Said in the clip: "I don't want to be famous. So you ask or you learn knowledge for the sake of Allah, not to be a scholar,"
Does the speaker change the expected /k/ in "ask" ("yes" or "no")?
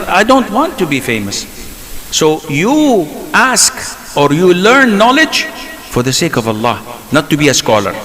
no